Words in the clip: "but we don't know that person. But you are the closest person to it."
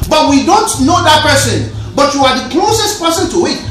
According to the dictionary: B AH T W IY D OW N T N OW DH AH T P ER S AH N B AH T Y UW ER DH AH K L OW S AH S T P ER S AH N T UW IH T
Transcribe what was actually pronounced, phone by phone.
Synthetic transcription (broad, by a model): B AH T W IY D OW N T N OW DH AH T P ER S AH N B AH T Y UW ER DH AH K L OW S AH S T P ER S AH N T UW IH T